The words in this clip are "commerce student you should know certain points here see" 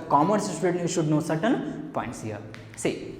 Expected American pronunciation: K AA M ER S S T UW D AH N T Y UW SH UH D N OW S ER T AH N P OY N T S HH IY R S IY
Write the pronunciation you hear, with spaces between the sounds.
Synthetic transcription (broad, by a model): K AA M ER S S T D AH T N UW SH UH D N OW S ER T AH N P OY N T S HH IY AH S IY